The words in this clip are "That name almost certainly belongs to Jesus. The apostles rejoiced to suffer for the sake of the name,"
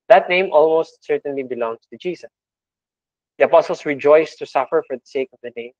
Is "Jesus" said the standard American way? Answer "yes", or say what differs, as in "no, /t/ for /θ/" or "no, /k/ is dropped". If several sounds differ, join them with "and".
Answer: no, /s/ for /z/